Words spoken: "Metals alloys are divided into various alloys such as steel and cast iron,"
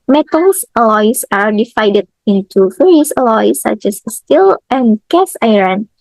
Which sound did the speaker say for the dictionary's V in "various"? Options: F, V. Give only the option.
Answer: F